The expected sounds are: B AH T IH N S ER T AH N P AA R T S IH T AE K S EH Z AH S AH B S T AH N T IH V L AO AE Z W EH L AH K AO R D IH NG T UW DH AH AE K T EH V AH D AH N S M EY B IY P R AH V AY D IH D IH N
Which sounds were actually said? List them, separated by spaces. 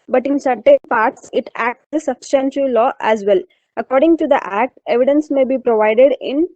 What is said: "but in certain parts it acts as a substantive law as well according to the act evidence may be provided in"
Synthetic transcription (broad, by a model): B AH T IH N S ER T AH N P AA R T S IH T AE K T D AH S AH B S T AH N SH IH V L AO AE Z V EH L AH K AO R D IH NG T UW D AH AE K T EH V AH D AH N S M EY B IY P R AH V AY D IH D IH N